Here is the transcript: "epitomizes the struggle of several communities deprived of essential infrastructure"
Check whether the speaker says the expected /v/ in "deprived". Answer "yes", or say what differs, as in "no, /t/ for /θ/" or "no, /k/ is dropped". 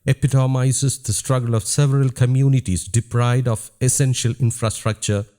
no, /v/ is dropped